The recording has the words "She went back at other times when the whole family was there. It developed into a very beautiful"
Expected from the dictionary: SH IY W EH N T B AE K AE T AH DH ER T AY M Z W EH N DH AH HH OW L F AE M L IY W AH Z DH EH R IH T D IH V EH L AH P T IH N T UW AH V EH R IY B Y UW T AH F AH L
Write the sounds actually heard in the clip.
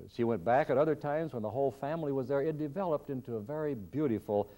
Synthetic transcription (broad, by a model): SH IY W EH N B AE K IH T AH DH ER T AY M Z W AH N DH AH HH OW L F AE M L IY W AH Z DH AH R IH T D IH V EH L AH P T IH N T UW AH V EH R IY B Y UW T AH F L